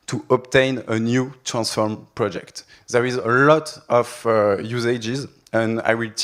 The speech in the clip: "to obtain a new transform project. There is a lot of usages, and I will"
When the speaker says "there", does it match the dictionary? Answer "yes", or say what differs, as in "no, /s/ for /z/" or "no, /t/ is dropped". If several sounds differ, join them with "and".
yes